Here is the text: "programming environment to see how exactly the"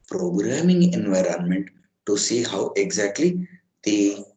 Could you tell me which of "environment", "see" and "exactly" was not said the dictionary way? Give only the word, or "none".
none